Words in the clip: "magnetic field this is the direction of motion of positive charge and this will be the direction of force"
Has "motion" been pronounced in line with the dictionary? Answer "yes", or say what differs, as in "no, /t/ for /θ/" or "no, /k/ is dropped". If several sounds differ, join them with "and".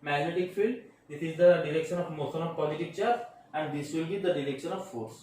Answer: no, /s/ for /ʃ/